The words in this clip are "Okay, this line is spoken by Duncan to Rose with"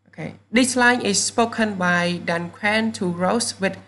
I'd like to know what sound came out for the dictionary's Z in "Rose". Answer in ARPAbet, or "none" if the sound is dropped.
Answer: S